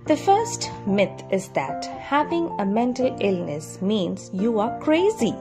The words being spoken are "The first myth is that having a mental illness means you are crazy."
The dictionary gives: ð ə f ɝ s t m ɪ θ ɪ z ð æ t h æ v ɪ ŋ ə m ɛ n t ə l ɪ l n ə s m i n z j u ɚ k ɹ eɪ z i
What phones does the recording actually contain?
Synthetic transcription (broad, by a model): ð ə f ɝ s t m ɪ t ɪ z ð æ t h æ v ɪ ŋ ə m ɛ n t ə l ɪ l n ə s m i n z j u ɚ k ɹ eɪ z i